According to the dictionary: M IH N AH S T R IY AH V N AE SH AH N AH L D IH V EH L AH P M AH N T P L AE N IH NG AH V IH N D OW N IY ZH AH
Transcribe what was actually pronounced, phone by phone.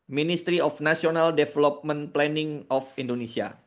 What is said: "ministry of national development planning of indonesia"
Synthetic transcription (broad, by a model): M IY N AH S T R IY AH F N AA S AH N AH L D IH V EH L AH P M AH N P L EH N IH NG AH F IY N D OW N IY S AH